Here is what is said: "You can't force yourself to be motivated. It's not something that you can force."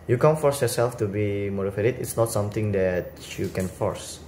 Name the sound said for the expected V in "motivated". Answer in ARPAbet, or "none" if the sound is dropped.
F